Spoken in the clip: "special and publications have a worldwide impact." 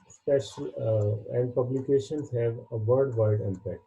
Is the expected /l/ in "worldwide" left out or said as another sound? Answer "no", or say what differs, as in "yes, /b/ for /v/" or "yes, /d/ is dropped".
yes, /l/ is dropped